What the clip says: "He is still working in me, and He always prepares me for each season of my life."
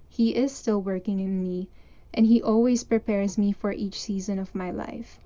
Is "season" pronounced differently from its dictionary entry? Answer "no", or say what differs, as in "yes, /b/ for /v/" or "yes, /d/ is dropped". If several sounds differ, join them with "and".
no